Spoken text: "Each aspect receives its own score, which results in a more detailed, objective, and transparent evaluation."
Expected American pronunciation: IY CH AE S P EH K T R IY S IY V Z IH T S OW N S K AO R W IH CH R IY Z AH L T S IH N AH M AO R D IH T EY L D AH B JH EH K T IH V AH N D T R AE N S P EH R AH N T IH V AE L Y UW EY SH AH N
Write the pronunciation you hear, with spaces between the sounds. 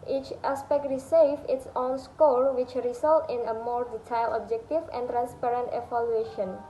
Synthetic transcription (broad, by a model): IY CH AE S P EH K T R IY S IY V IH T S OW N S K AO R W IH CH R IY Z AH L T IH N AH M AO R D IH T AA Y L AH B JH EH K T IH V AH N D T R AE N S P EH R AH N T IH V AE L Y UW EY SH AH N